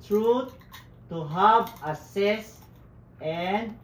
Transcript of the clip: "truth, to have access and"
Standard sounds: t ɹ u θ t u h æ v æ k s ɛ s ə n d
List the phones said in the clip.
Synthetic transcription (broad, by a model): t ɹ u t t u h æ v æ s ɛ s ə n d